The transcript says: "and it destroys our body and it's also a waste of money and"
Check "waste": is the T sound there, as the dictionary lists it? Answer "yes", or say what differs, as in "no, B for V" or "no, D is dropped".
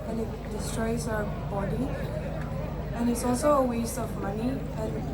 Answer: yes